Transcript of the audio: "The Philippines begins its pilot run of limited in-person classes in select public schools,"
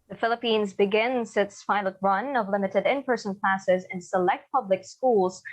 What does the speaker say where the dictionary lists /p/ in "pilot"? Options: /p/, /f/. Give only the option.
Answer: /f/